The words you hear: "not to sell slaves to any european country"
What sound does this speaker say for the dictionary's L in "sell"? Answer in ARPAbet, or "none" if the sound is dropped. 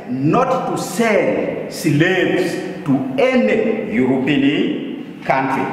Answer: N